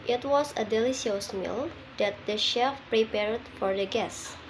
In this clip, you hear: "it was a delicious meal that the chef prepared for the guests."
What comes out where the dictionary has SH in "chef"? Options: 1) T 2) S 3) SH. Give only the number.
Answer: 3